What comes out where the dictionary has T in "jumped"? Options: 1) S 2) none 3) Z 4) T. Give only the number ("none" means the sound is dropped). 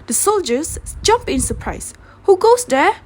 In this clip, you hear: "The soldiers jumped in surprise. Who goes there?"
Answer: 2